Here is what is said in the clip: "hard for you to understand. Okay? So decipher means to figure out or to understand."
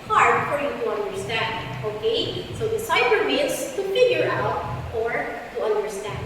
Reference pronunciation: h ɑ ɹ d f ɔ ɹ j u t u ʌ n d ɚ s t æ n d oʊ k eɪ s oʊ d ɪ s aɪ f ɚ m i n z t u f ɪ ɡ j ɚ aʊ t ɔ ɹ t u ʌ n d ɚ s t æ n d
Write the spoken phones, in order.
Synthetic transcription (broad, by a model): h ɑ ɹ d f ɔ ɹ j u t u ʌ n d ɚ s t æ n d oʊ k eɪ s oʊ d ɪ s aɪ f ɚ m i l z t u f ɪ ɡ j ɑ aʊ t ɔ ɹ t u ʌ n d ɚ s t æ n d